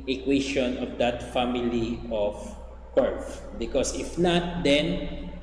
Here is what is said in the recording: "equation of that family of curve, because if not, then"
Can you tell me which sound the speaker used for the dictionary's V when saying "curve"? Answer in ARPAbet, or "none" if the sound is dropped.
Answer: F